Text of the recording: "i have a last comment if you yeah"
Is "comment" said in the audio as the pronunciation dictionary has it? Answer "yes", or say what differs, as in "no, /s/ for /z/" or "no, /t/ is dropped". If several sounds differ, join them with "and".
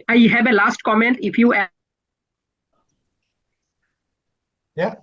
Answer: yes